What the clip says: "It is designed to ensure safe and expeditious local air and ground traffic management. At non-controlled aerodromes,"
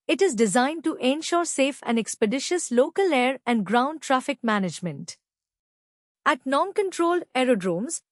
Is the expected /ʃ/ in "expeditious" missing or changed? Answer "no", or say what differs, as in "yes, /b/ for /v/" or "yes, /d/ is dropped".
no